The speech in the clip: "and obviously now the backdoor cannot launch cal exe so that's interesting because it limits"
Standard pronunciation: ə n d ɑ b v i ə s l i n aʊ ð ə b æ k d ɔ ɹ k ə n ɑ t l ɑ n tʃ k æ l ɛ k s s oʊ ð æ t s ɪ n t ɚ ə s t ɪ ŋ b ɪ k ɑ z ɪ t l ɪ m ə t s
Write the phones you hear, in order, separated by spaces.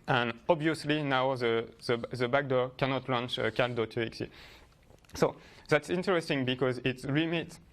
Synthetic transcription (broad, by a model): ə n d ɑ b v i ə s l i n aʊ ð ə b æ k d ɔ ɹ k ə n ɑ t l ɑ n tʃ k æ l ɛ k s s oʊ ð æ t s ɪ n t ɚ ə s t ɪ ŋ b ɪ k ɑ z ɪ t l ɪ m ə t